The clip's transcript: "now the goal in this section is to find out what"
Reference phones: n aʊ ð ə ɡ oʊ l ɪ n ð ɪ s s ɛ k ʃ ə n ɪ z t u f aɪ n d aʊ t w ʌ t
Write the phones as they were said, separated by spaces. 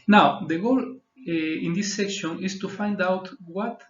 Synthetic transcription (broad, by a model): n aʊ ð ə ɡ oʊ l ɪ n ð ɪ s s ɛ k ʃ ə n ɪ s t u f aɪ n d aʊ t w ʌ t